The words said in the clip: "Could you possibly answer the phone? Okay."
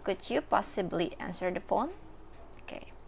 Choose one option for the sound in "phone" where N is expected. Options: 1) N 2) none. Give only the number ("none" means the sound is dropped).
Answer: 1